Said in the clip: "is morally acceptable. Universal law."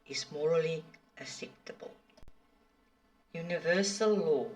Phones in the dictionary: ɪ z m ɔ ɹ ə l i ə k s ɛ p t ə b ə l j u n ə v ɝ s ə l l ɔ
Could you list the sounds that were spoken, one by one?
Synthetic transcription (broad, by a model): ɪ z m ɔ ɹ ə l i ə s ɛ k t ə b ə l j u n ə v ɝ s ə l l ɔ